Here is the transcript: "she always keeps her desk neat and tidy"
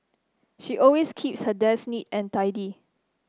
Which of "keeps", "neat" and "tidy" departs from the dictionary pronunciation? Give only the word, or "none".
none